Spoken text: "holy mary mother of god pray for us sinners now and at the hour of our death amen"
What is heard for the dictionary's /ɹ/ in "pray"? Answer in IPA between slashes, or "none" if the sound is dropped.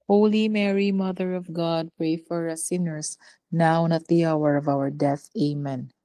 /ɹ/